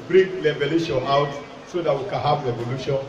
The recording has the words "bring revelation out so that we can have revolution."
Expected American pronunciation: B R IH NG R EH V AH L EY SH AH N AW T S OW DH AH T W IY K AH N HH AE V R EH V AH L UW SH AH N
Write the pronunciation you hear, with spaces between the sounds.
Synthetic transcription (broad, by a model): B R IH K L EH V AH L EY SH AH AW T S OW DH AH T W IY K AH N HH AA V R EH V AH L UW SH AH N